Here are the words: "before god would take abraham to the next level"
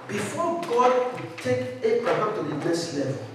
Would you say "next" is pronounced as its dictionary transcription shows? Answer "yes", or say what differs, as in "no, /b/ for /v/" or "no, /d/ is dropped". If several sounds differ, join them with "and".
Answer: no, /k/ is dropped